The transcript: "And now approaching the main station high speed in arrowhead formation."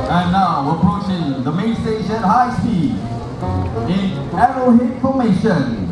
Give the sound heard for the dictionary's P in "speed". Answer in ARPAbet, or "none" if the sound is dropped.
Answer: none